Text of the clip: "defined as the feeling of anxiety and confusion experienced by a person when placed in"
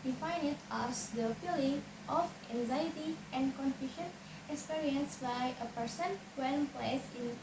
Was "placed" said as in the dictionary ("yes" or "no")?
no